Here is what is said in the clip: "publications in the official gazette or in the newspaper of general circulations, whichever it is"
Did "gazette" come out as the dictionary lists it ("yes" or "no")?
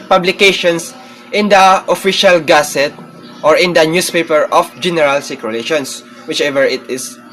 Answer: no